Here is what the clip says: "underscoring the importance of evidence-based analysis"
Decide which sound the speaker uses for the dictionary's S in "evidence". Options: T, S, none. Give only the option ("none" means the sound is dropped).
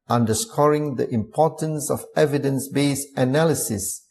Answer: S